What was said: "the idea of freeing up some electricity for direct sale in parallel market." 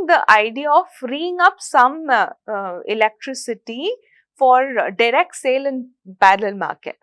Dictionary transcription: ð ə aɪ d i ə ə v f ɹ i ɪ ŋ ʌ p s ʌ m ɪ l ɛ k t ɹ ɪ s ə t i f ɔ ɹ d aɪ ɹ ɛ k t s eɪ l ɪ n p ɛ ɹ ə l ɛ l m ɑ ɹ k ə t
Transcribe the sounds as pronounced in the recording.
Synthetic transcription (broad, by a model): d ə aɪ d i ə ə f ɹ i ɪ ŋ ʌ p s ʌ m ɪ l ɛ k t ɹ ɪ s ə t i f ɔ ɹ d aɪ ɹ ɛ k t s eɪ l ɪ n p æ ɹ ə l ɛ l m ɑ ɹ k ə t